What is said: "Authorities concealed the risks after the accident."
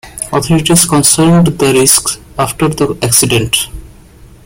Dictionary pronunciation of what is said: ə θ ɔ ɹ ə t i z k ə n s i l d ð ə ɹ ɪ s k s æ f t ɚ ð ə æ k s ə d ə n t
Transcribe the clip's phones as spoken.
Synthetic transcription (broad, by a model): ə t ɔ ɹ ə t i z k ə n s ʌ n d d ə ɹ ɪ s k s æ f t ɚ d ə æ k s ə d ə n t